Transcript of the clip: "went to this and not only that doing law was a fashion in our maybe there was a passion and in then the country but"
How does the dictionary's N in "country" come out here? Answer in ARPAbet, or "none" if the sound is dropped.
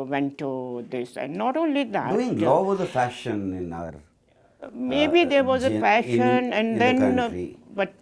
none